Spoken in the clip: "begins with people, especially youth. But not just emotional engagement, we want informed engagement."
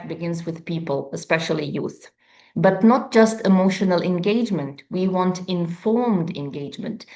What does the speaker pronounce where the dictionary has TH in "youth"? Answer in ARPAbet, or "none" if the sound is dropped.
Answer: TH